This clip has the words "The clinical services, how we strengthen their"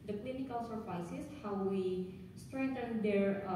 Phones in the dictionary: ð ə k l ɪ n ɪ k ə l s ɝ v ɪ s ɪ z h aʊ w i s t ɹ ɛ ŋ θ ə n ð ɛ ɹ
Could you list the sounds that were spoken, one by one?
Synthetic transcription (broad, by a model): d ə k l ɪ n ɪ k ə l s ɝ f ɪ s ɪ s h aʊ w i s t ɹ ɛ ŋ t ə n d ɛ ɹ